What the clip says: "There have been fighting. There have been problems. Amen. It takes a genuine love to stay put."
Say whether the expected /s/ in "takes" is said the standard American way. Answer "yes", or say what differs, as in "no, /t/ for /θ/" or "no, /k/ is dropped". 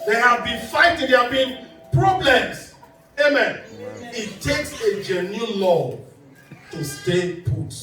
yes